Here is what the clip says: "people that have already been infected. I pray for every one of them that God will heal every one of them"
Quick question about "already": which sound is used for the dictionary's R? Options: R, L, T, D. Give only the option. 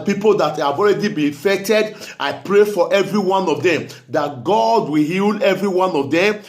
R